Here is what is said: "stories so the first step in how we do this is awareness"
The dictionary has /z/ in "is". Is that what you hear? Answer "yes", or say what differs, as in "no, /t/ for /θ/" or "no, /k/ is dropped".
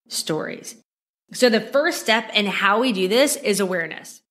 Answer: yes